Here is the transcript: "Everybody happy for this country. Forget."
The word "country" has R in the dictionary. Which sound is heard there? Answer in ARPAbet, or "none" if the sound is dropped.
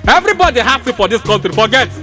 none